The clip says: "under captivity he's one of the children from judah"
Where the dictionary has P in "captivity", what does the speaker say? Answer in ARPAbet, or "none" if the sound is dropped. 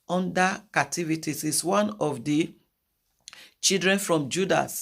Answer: none